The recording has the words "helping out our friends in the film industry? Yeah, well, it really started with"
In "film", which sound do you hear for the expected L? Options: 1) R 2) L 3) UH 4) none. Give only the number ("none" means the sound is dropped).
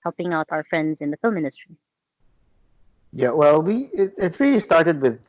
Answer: 2